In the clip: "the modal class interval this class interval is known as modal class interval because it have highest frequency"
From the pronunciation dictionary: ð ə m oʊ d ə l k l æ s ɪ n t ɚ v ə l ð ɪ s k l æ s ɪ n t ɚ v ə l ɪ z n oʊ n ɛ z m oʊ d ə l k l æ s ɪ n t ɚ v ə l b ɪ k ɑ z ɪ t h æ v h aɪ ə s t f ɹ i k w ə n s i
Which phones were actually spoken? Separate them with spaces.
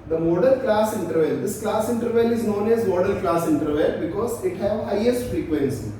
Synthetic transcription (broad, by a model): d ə m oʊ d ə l k l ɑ s ɪ n t ɚ v ə l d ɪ s k l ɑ s ɪ n t ɚ v ə l ɪ z n oʊ n ɛ z m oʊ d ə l k l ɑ s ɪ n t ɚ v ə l b ɪ k ɑ z ɪ t h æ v h aɪ ə s t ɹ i k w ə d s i